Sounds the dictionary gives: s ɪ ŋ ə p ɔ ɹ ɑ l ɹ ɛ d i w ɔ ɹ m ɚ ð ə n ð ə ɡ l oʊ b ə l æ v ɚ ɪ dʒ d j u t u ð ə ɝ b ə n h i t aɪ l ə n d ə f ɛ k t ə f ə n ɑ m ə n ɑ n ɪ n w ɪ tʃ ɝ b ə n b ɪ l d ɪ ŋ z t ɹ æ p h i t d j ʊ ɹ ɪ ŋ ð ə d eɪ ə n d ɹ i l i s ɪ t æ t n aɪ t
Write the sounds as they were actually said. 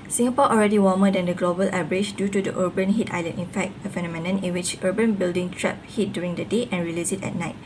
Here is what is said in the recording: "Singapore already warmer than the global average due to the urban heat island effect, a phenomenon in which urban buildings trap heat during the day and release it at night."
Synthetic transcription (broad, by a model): s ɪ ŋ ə p ɔ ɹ ɑ l ɹ ɛ d i w ɔ m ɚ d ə n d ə ɡ l oʊ b ə l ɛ b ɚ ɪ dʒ d j u t u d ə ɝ b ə n h i t aɪ l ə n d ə f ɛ k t ə f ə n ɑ m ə n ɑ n ɪ n w ɪ tʃ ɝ b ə n b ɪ l d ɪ ŋ t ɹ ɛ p h i t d j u ɹ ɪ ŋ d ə d eɪ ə n ɹ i l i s ɪ t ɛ t n aɪ t